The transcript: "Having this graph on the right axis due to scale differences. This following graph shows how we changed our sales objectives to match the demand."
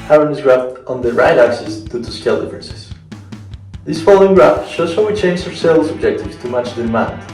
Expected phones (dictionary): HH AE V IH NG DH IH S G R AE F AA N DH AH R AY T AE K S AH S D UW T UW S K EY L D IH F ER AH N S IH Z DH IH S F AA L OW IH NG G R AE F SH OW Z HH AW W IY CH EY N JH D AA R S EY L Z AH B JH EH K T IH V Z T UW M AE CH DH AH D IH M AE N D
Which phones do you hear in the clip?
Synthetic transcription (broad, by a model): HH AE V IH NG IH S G R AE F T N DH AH R AY T AE K S AH S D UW T UW S K EY L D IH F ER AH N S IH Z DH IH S F AA L OW IH NG G R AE F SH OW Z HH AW W IY CH EY N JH AA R S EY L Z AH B JH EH K T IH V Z T UW M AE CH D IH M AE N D